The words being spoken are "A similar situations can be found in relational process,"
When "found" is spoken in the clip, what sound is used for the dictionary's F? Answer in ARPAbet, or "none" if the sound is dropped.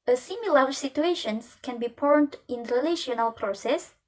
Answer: P